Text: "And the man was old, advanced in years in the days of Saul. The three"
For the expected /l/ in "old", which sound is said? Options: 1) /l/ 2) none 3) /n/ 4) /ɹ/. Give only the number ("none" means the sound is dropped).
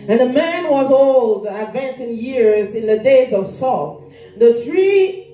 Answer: 1